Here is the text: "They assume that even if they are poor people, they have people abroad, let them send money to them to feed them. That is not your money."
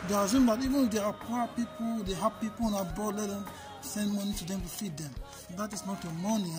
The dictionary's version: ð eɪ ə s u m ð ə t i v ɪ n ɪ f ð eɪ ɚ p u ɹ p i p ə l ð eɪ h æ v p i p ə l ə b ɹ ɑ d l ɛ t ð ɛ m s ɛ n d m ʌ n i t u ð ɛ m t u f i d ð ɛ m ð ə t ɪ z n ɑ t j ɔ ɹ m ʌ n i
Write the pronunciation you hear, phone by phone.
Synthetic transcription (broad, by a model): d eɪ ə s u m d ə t i v ɪ n ɪ f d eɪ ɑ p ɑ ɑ p i p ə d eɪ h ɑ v p i p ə n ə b ɑ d l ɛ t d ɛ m s ɛ n d m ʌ n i t u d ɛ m t u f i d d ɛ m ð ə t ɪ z n ɑ t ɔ m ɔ n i